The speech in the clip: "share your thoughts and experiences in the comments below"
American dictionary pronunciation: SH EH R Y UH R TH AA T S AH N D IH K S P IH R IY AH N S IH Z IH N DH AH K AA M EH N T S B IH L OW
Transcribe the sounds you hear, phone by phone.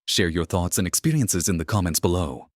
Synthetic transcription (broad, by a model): SH EH R Y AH R TH AA T S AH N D IH K S P IH R IY AH N S IH Z IH N DH AH K AA M EH N T S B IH L OW